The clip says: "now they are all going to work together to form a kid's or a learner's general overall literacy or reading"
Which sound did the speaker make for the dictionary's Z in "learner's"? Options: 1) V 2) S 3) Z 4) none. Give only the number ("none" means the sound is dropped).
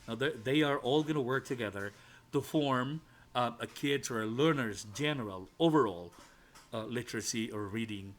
3